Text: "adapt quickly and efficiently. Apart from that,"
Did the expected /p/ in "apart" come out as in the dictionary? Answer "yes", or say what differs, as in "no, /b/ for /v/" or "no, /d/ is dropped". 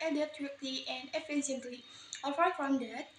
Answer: no, /f/ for /p/